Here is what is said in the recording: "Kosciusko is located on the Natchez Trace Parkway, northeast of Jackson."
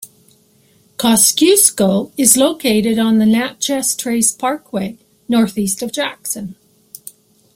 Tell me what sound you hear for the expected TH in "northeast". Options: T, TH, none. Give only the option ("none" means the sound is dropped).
TH